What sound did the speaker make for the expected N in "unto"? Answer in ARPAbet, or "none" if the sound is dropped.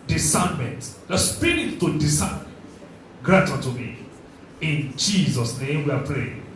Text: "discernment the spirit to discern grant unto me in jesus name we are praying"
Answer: none